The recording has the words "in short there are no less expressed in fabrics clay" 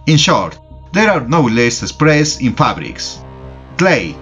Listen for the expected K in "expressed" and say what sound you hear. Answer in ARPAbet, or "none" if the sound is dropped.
none